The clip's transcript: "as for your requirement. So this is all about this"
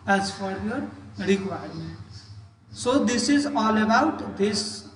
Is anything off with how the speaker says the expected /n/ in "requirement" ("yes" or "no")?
yes